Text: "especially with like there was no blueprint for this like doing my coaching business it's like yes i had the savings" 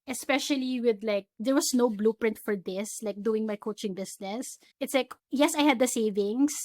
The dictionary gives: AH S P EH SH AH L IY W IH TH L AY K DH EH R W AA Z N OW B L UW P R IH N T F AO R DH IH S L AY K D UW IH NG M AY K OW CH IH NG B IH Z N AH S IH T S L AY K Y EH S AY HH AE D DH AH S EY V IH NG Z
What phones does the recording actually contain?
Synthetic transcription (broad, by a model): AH S P EH SH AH L IY W IH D L AY K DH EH R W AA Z N OW B L UW P R IH N T F AO R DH IH S L AY K D UW IH NG M AY K OW CH IH NG B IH S N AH S IH T S L AY K Y EH S AY HH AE D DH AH S EY V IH NG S